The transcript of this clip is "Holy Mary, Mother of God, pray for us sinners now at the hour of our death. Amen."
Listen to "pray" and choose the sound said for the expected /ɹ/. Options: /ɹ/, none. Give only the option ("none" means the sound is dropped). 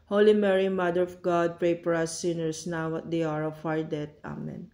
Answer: /ɹ/